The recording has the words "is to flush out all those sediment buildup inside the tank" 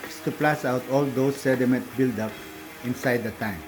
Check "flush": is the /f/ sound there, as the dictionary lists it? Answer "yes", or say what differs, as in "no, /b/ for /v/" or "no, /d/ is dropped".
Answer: no, /p/ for /f/